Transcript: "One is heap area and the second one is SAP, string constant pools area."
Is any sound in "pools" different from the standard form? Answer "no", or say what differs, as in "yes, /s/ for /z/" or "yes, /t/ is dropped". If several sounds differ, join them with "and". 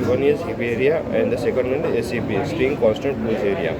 yes, /l/ is dropped